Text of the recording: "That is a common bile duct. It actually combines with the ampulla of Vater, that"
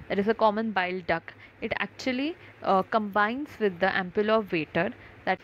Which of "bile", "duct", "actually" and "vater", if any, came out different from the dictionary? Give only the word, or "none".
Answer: duct